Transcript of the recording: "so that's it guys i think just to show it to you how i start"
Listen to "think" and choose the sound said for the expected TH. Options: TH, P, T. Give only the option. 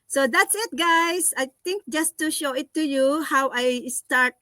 T